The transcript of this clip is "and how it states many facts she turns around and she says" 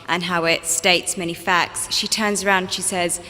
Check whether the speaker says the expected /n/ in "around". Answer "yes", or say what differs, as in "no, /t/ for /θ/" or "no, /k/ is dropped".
no, /n/ is dropped